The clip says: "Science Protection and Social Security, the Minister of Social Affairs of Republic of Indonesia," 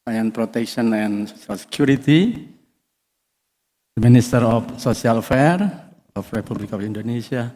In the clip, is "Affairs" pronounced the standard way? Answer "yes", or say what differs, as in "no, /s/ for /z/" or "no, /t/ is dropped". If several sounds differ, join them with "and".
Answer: no, /z/ is dropped